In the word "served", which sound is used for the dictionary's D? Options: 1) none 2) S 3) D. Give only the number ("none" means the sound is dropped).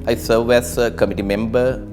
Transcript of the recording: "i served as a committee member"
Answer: 1